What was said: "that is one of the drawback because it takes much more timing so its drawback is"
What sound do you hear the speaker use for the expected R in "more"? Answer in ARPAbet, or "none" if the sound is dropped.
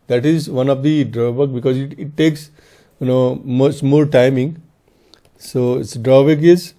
L